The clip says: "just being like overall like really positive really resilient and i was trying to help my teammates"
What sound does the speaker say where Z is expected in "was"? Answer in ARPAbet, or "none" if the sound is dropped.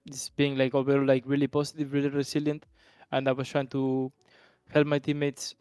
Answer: S